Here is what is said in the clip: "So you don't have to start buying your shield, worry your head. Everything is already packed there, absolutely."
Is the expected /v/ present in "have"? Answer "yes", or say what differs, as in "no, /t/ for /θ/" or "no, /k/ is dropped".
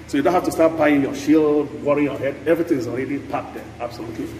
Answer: no, /f/ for /v/